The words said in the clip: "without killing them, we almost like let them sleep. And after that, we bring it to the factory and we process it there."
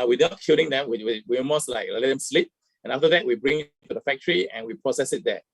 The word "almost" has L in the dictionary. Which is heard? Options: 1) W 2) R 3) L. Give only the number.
1